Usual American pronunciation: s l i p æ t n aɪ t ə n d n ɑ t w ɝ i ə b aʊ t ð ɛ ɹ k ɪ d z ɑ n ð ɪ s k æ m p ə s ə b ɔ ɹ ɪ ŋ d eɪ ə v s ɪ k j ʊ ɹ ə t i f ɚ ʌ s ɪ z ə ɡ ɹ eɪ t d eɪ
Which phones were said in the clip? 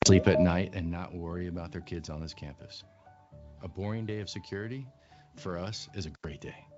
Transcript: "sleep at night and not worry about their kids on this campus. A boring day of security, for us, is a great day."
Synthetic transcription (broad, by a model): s l i p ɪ t n aɪ t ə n n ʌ t w ɝ i ə b aʊ t ð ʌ ɹ k ɪ d z n ð ɪ s k æ m p ə s ə b ɔ ɹ ɪ ŋ d eɪ ə v s ɪ k j ʊ ɹ ə t i f ɚ ʌ s ɪ z ə ɡ ɹ eɪ t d eɪ